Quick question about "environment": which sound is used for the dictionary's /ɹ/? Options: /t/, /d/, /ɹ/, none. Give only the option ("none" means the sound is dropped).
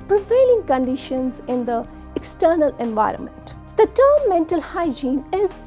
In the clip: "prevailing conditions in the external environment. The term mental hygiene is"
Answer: /ɹ/